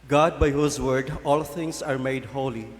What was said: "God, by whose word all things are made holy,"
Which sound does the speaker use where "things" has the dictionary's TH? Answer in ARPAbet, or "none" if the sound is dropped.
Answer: T